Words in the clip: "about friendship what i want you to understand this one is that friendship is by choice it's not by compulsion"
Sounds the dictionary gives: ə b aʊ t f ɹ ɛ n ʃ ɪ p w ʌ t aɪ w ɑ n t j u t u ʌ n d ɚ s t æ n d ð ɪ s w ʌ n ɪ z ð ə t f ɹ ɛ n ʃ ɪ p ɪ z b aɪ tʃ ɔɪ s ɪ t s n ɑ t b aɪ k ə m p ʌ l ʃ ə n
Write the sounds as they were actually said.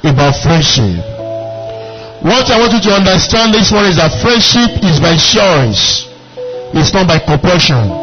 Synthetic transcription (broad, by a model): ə b aʊ t f ɹ ɛ n ʃ ɪ p w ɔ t aɪ w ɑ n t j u t u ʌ n d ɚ s t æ n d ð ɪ s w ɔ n ɪ z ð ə t f ɹ ɛ n ʃ ɪ p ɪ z b aɪ ʃ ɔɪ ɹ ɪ s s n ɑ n b aɪ k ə m p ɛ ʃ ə n